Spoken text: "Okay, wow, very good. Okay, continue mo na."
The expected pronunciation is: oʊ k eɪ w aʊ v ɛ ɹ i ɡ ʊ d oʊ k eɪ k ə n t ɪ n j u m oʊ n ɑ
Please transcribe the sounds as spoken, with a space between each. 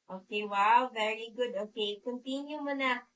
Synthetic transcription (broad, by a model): oʊ k eɪ w aʊ v ɛ ɹ i ɡ ʊ d oʊ k eɪ k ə n t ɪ n j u m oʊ n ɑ